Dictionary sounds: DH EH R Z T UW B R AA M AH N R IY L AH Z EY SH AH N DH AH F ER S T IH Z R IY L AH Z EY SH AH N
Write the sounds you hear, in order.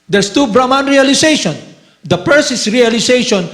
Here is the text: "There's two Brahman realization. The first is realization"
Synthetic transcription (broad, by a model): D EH R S T UW B R AA M AH N R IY L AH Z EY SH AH N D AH P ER S IH S R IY L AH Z EY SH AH N